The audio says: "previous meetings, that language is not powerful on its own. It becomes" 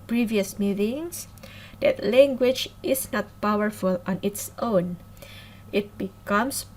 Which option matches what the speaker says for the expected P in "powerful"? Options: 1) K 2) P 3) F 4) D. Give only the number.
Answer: 2